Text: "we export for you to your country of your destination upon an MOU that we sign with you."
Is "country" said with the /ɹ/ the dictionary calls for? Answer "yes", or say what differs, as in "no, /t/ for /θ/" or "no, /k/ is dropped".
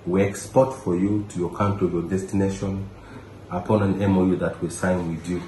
no, /ɹ/ is dropped